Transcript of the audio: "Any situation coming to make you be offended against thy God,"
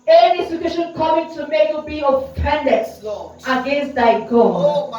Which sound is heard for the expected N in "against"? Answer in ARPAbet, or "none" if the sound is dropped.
N